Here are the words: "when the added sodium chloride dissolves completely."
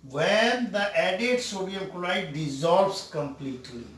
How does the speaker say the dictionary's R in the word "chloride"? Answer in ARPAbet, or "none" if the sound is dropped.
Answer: L